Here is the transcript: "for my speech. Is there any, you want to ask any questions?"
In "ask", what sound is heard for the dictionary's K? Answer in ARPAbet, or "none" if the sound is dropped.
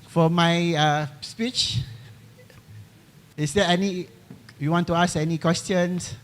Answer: none